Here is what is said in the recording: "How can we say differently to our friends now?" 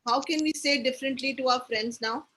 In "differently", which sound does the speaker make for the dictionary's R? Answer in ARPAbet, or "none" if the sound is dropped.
R